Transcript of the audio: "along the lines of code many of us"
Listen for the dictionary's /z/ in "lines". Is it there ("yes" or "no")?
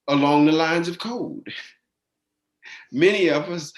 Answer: yes